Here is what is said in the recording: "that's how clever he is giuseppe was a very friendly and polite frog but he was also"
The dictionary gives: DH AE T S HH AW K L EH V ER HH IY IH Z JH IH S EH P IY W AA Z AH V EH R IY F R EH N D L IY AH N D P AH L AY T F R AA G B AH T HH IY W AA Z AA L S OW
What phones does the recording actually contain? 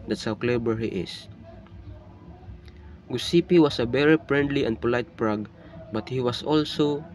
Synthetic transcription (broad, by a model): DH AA T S HH AW K L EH B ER HH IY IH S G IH S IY P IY W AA S AH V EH R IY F R EH N D L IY AH N D P AH L AY T P R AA G B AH T HH IY W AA S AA L S OW